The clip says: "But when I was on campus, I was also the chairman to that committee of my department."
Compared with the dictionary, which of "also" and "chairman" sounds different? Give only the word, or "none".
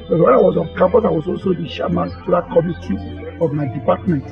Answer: chairman